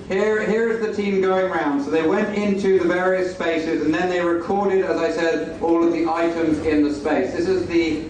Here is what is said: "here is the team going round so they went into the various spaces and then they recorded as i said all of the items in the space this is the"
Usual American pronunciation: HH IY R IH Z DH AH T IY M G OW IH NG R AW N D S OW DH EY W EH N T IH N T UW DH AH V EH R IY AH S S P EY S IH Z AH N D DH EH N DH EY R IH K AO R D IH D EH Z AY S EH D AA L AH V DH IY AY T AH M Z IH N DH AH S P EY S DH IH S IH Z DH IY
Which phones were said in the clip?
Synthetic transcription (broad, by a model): HH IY R IH Z DH AH T IY M G OW IH NG R AW N D S OW DH EY W EH N T IH N T UW DH AH V EH R IY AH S S P EY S IH Z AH N DH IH N DH EY R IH K AO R D IH D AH Z AY S EH D AA L AH V DH IY AY T AH M Z IH N DH AH S P EY S DH IH S IH Z DH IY